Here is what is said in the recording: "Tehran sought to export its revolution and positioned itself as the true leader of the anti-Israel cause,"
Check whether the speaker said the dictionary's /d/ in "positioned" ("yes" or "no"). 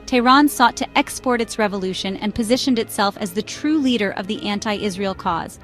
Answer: yes